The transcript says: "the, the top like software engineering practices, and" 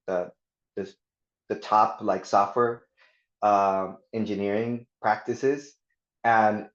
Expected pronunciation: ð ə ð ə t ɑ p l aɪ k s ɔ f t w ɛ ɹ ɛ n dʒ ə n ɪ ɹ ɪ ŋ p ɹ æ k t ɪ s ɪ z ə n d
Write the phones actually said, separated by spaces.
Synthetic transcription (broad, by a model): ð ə ð ə t ɑ p l aɪ k s ɔ f t w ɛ ɹ ɛ n dʒ ə n ɪ ɹ ɪ ŋ p ɹ æ k t ɪ s ɪ z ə n